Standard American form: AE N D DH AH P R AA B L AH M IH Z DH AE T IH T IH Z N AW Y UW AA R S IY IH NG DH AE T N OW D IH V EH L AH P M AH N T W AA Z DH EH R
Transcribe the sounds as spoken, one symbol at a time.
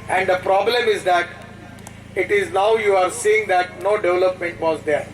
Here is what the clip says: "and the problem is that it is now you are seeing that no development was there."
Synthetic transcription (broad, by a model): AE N D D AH P R AA B L AH M IH Z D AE T IH T IH Z N AW Y UW AA R S IY IH NG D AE T N OW D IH V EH L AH P M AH N T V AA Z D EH R